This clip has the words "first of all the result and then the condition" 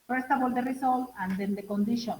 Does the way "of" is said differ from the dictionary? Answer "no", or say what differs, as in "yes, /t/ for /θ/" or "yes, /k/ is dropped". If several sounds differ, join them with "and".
yes, /b/ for /v/